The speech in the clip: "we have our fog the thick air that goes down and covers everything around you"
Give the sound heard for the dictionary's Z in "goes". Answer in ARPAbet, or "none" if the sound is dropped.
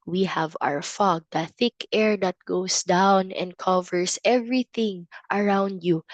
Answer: S